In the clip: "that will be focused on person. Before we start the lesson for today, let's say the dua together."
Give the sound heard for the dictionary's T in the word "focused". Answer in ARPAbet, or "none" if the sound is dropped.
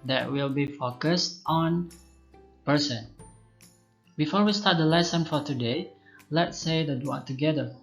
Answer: T